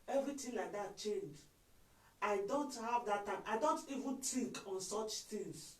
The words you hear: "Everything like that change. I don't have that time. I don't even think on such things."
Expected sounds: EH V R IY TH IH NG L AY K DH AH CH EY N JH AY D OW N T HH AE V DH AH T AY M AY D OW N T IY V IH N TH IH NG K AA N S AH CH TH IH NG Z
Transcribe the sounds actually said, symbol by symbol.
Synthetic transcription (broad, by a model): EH V R IY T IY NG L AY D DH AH CH EY N JH AY D OW N T HH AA V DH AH T AY M AY D OW N T IY V IH N T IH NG K AA N S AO CH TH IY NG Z